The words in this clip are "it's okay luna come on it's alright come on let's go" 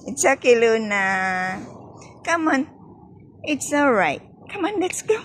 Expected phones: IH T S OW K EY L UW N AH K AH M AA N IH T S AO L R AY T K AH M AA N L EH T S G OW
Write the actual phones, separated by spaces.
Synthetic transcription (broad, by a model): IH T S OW K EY L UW N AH K AH M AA N IH T S AO L R AY T K AH M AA N L EH T S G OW